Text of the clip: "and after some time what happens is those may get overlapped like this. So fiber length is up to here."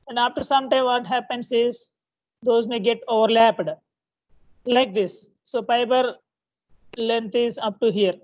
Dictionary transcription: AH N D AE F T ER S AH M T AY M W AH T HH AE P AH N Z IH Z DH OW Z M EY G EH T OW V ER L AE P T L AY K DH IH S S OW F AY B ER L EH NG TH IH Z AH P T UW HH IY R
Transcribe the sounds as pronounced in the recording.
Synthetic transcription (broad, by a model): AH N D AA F T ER S AH M T AY M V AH T HH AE P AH N S IH Z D OW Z M EY G EH T OW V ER L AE P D L AY K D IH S S OW P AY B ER L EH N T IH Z AH P T UW HH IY R